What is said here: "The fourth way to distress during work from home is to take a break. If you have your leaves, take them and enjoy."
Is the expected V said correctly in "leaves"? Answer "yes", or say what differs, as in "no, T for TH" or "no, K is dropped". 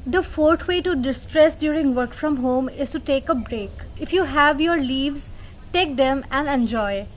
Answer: yes